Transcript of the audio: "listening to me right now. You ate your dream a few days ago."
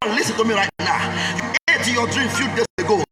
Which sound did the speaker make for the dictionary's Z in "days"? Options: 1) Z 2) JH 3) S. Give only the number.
3